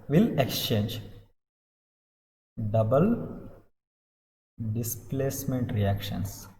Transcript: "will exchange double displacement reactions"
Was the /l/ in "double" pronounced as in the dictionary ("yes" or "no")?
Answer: yes